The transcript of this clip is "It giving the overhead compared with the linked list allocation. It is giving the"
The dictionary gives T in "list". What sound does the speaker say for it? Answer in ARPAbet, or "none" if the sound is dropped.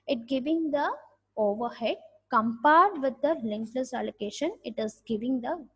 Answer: none